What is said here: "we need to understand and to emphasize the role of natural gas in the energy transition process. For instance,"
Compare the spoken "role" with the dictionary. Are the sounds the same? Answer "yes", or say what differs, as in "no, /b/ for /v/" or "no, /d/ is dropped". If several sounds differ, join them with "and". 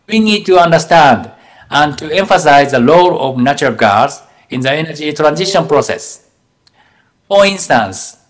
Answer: no, /l/ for /ɹ/